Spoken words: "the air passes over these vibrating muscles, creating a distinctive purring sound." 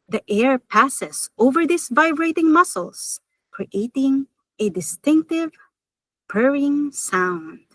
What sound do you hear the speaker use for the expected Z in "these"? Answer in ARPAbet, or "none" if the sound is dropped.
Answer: S